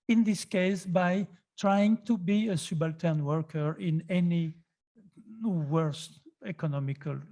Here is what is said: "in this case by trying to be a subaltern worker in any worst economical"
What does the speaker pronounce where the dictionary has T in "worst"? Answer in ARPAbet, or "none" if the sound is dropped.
T